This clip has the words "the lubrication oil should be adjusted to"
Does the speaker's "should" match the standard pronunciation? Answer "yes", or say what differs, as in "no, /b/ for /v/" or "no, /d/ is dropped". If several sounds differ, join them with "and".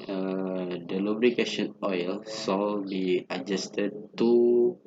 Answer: no, /s/ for /ʃ/